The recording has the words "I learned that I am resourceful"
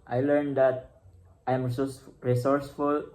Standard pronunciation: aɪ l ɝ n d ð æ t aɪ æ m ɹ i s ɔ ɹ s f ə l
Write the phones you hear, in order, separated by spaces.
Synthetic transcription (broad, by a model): aɪ l ɝ n d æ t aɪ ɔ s ɹ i s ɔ ɹ s f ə l